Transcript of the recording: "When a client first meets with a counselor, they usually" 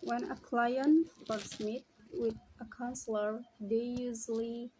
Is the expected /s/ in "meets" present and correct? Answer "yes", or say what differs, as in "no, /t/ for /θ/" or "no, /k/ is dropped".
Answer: no, /s/ is dropped